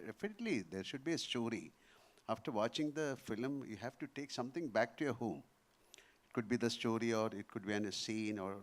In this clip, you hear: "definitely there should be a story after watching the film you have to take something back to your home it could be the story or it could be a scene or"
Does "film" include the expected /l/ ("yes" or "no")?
yes